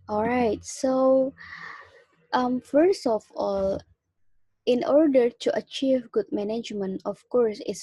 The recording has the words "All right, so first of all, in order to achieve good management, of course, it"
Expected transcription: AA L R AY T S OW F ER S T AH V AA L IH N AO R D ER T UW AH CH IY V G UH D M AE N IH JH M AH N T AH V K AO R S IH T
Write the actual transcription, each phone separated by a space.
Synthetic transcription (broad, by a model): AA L R AY T S OW F ER S T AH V AA L IH N AO R D ER T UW AH CH IY V G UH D M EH N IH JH M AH N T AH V K AO R S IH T